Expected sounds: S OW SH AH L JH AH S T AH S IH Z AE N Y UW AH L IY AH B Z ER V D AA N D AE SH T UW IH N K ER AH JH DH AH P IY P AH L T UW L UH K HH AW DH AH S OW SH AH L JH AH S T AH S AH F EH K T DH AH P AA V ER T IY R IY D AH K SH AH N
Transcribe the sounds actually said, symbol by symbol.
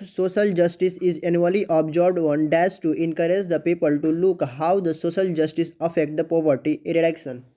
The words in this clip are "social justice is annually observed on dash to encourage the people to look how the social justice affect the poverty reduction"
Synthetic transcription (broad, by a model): S OW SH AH L JH AH S T AH S IH Z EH N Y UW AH L IY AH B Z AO B D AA N D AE S T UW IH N K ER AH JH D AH P IY P AH L T UW L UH K HH AW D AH S OW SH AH L JH AH S T AH S AH F EH K T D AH P AA V ER T IY R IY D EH K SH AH N